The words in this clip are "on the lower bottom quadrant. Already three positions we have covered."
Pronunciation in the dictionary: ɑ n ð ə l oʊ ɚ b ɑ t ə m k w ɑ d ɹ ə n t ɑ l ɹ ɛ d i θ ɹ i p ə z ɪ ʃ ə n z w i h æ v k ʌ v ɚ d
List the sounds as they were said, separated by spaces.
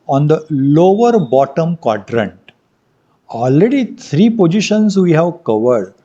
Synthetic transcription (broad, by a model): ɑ n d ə l oʊ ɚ b ɑ t ə m k w ɑ d ɹ ə n t ɑ l ɹ ɛ d i t ɹ i p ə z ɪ ʃ ə n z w i h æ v k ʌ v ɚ d